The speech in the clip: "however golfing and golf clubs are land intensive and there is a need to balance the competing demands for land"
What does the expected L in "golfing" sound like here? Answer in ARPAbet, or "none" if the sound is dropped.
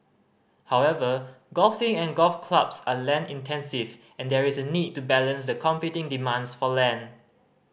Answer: L